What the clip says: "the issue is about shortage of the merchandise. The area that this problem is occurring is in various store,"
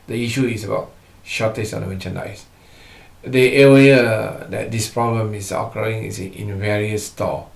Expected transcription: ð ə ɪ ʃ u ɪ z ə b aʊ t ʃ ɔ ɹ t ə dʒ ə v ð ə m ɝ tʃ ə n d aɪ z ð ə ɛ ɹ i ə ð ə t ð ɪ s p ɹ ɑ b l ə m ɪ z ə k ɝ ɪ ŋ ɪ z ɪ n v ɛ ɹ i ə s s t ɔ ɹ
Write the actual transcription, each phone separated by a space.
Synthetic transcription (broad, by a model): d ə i ʃ u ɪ s ə b aʊ t ʃ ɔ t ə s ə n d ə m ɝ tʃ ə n aɪ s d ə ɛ w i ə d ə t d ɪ s p ɹ ɑ b l ə m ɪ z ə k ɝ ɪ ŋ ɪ s ɪ n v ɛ ɹ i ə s s t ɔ